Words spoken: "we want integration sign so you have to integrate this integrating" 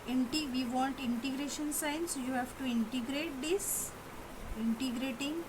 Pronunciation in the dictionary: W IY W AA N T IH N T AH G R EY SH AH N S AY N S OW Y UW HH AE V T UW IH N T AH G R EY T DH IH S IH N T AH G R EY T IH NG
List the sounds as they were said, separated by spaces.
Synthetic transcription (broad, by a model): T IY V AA N T IH N T AH G R EY SH AH N S AY N S Y UW HH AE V T UW IH N T AH G R EY T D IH S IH N T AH G R EY T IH NG